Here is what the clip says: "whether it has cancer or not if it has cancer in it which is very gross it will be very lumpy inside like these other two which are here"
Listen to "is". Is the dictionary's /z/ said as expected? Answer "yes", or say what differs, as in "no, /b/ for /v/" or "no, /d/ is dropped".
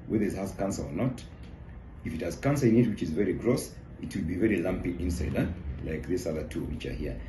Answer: yes